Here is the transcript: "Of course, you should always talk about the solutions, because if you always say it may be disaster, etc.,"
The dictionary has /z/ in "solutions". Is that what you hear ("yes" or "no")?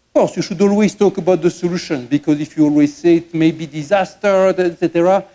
no